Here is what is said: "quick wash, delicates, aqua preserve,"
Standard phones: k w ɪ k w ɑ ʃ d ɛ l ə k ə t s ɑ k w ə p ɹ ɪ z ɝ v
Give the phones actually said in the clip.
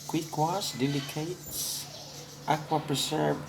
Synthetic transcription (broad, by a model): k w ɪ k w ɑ s d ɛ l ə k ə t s ɑ k w ə p ɹ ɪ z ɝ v